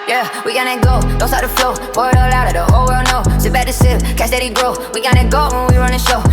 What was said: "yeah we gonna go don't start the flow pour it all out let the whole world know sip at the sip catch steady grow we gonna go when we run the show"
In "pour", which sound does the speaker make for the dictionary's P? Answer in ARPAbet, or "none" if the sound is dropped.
B